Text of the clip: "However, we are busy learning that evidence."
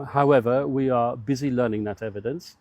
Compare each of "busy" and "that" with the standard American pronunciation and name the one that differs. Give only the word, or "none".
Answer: none